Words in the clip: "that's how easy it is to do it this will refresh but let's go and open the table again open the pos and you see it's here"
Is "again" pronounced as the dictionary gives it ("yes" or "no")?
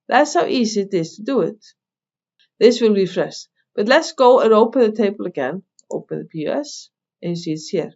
yes